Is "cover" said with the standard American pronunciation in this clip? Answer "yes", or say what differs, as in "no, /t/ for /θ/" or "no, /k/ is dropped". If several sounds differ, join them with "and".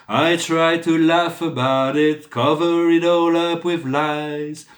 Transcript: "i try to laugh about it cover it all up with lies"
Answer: yes